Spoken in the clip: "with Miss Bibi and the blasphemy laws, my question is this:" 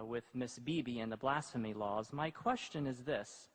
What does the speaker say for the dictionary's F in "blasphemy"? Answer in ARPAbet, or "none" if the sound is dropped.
F